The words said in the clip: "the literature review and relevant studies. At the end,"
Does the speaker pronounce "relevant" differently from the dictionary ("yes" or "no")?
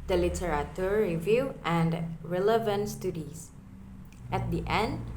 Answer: no